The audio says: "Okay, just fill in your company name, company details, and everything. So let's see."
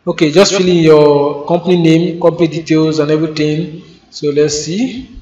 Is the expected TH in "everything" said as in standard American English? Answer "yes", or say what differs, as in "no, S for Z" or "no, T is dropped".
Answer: no, T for TH